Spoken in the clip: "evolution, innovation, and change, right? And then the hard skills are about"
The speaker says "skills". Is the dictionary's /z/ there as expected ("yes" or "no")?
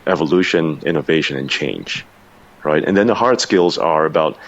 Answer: yes